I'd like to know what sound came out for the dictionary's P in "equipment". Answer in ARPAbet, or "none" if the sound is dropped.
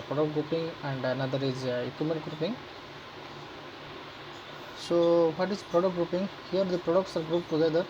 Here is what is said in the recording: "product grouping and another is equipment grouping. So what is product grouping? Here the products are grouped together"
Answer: none